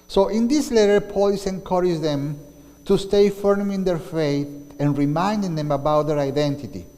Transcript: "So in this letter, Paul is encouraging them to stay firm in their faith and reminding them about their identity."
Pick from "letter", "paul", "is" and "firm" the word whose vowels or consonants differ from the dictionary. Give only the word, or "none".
is